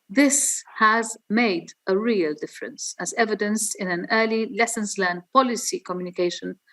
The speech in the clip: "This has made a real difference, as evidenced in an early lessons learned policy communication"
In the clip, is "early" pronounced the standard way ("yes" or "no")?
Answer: yes